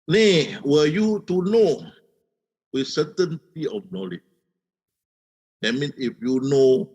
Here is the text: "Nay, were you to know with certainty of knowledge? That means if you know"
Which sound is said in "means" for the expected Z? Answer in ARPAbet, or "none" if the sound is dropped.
none